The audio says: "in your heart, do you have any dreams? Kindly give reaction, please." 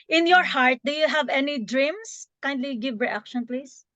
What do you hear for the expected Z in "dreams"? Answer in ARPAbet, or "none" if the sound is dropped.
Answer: S